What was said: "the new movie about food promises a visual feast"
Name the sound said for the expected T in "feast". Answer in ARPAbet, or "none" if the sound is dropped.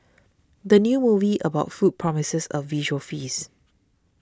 none